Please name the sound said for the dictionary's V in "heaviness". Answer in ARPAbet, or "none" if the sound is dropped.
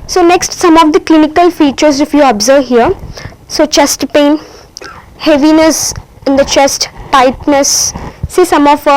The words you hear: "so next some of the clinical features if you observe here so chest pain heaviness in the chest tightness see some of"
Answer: V